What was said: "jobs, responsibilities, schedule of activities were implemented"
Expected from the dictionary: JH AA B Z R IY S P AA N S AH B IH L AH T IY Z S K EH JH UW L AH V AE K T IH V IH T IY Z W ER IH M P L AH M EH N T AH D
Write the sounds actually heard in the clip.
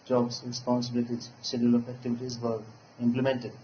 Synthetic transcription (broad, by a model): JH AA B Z R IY S P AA N S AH B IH L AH T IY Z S EH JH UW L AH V AE K T IH V IH T IY Z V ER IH M P L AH M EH N T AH D